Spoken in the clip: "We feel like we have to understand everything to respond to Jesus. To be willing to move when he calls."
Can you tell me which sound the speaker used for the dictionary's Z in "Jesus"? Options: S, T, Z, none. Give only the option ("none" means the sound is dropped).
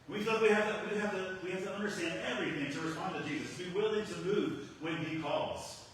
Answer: Z